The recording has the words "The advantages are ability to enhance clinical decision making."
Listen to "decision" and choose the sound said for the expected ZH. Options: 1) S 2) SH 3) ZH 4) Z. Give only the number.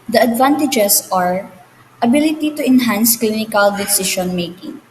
2